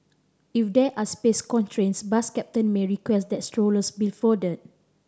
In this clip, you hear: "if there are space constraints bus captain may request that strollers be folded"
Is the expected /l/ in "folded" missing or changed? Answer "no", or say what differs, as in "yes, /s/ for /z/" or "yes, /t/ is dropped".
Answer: yes, /l/ is dropped